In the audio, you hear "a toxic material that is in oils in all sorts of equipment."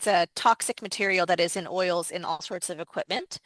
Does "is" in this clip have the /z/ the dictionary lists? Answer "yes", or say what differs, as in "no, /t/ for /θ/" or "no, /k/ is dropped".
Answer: yes